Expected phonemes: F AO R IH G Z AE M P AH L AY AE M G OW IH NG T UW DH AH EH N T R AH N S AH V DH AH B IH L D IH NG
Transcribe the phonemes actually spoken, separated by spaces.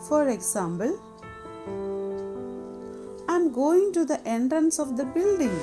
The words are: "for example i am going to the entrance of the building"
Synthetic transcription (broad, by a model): F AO R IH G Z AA M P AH L AY M G OW IH NG T UW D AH EH N T R AH N S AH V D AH B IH L D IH NG